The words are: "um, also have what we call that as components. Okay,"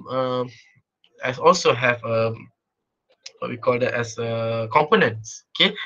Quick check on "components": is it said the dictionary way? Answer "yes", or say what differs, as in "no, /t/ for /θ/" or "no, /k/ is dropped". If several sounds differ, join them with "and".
yes